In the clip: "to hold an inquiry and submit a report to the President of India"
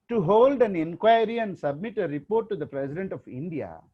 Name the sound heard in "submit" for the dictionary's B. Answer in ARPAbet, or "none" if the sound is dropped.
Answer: B